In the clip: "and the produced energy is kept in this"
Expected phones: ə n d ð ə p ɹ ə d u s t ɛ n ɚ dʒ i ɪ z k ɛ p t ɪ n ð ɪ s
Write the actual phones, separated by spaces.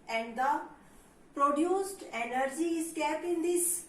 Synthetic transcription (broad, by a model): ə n d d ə p ɹ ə d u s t ɛ n ɚ dʒ i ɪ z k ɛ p ɪ n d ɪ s